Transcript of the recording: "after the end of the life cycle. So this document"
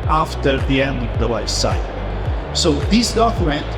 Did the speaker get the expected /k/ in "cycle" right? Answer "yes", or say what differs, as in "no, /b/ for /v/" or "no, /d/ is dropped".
no, /k/ is dropped